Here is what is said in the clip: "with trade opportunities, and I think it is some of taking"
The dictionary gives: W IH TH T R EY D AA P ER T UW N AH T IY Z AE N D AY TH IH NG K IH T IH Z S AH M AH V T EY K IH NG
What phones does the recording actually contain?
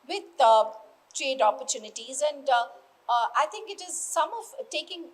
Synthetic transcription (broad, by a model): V IH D T R EY D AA P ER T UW N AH T IY Z AE N D AY T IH NG K IH T IH Z S AH M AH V T EY K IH NG